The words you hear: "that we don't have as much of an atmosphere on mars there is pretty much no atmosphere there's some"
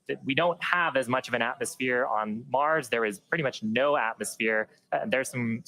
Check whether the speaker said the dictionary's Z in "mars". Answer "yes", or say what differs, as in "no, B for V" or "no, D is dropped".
yes